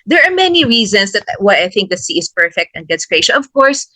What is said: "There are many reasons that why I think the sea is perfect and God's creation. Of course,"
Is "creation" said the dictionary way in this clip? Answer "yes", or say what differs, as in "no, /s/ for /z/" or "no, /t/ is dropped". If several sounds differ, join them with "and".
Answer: no, /l/ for /n/